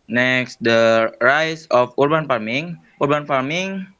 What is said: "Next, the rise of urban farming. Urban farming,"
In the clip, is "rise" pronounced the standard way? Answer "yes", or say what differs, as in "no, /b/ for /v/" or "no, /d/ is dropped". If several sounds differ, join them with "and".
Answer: no, /s/ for /z/